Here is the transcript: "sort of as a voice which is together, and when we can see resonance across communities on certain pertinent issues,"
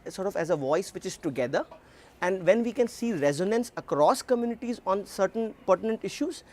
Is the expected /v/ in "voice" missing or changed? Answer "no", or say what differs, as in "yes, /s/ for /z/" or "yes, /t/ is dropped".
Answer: no